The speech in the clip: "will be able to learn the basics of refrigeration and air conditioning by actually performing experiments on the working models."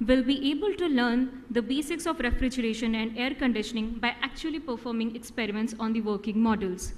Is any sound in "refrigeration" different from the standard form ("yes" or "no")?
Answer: no